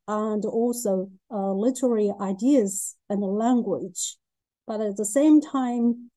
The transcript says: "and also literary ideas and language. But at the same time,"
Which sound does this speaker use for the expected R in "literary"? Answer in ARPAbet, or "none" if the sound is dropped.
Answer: R